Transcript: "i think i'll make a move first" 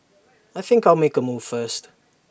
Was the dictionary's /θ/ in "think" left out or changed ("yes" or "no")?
no